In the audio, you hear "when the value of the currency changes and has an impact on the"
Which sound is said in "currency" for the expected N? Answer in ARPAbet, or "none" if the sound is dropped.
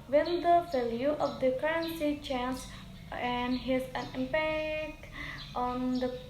N